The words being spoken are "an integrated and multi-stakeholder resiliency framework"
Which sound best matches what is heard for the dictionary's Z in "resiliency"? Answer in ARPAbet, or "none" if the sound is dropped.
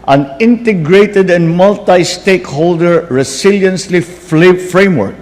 S